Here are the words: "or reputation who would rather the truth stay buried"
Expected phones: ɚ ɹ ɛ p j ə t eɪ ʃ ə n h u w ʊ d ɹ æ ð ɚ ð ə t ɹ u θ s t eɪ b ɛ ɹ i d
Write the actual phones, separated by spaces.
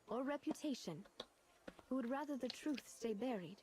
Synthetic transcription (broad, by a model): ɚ ɹ ɛ p j ə t eɪ ʃ ə n h u w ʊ d ɹ æ ð ɚ ð ə t ɹ u θ s t eɪ b ɛ ɹ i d